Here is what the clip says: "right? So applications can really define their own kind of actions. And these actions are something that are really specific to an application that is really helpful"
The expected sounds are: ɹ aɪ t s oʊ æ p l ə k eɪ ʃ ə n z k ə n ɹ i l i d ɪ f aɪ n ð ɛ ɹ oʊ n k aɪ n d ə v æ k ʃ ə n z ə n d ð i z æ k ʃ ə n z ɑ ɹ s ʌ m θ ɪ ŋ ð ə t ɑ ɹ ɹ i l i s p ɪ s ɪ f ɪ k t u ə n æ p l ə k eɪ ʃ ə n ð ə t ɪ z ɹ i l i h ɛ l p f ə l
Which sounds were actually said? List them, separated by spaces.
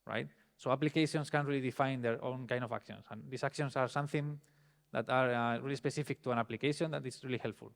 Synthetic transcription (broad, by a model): ɹ aɪ t s oʊ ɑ p l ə k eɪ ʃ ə n s k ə n ɹ i l i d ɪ f aɪ n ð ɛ ɹ oʊ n k aɪ n d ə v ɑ k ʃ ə n s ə n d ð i s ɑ k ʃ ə n s ɑ ɹ s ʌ m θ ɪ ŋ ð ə t ɑ ɹ ɹ i l i s p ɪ s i f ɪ k t u ə n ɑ p l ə k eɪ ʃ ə n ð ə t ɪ s ɹ i l i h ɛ l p f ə l